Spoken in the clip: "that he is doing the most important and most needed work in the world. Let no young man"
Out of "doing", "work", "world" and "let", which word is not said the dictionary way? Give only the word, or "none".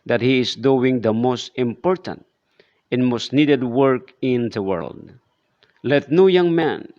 none